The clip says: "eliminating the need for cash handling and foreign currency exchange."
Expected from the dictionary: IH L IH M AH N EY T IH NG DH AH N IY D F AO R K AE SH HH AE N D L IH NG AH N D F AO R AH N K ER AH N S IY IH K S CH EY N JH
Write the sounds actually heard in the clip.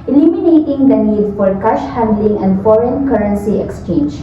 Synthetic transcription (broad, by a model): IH L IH M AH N EY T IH NG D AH N IY D F AO R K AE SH HH AE N D L IH NG AH N D F AO R AH N K ER AH N S IY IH K S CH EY N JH